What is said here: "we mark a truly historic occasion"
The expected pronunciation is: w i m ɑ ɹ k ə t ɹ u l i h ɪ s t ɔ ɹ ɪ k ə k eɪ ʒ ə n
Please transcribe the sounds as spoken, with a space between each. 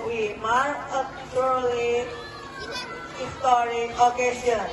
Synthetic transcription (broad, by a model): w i m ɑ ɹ ə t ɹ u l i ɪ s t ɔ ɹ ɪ ə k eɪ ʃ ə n